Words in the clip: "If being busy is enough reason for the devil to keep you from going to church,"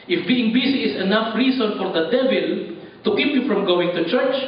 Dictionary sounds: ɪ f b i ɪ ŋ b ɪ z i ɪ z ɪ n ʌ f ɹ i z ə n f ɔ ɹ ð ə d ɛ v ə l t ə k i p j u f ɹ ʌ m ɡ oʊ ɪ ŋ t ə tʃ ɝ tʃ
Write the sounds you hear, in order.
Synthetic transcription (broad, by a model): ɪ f b i ɪ ŋ b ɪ s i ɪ s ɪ n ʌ f ɹ i s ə n f ɔ ɹ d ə d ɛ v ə l t ə k i p j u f ɹ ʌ m ɡ oʊ ɪ ŋ t ə tʃ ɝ tʃ